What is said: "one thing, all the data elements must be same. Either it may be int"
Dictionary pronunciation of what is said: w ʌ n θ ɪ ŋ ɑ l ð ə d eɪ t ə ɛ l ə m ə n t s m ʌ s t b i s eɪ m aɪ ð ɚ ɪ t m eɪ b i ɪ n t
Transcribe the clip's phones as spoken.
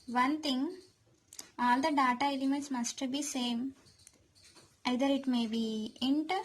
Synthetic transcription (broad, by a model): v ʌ n t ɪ ŋ ɑ l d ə d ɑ t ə ɛ l ə m ə n t s m ʌ s t b i s eɪ m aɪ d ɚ ɪ t m eɪ b i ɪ n t